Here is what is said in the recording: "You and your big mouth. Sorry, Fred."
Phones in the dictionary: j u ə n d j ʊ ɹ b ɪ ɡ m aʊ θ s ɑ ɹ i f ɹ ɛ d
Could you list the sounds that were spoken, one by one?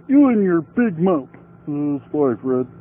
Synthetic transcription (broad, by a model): j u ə n j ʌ ɹ b ɪ ɡ m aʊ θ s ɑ i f ɹ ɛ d